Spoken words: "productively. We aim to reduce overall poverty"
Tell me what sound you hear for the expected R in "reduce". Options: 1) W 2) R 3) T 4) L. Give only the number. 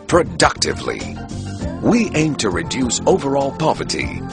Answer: 2